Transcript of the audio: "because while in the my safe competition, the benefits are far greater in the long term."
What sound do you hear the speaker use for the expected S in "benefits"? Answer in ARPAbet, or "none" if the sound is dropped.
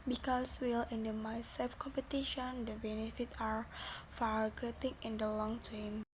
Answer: none